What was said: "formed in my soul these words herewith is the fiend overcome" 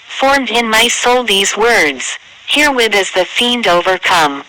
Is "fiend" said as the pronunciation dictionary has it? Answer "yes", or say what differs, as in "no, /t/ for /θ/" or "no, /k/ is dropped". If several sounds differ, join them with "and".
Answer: yes